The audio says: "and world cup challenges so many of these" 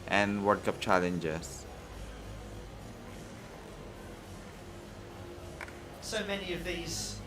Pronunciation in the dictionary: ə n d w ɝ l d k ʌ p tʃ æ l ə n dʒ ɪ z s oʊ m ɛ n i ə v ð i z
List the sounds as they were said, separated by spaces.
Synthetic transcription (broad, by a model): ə n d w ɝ d k ʌ p tʃ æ l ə n dʒ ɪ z s oʊ m ɛ n i ə v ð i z